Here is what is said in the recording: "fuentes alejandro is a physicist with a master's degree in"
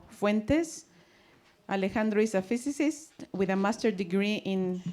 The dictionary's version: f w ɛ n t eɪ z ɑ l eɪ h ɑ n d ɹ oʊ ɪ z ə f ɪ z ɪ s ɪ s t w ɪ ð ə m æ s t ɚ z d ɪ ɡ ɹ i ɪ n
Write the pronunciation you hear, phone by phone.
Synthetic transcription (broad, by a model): f w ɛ n t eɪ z ɑ l eɪ h ɑ n d ɹ oʊ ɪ s ə f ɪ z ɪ s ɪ s t w ɪ ð ə m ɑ s t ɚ d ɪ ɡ ɹ i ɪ n